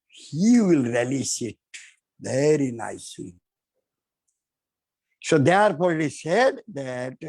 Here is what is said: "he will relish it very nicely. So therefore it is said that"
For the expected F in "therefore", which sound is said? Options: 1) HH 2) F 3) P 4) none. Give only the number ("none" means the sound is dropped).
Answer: 3